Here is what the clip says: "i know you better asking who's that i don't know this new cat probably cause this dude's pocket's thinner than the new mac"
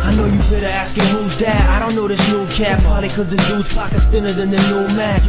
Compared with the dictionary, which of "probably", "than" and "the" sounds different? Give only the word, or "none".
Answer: probably